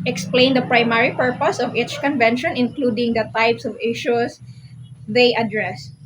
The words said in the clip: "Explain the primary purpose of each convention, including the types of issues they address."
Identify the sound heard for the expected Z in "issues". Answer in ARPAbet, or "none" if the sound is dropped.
S